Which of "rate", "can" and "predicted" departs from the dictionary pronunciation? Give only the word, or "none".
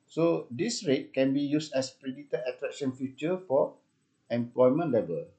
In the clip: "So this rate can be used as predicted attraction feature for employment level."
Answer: predicted